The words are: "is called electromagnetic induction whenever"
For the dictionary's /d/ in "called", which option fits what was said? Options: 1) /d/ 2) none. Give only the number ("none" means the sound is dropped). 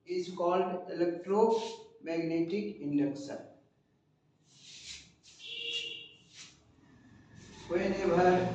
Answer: 1